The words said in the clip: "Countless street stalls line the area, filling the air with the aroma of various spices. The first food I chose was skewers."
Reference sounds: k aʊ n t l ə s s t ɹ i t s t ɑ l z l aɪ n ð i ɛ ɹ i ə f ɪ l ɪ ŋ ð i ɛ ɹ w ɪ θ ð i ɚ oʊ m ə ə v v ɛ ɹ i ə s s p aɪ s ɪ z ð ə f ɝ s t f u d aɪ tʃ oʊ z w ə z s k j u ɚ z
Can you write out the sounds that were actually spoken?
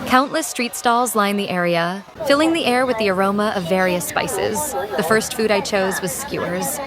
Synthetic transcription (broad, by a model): k aʊ n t l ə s s t ɹ i t s t ɑ l z l aɪ n ð i ɛ ɹ i ə f ɪ l ɪ ŋ ð i ɛ ɹ w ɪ ð i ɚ oʊ m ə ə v v ɛ ɹ i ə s s p aɪ s ɪ z ð ə f ɝ s t f u d aɪ tʃ oʊ z w ə z s k j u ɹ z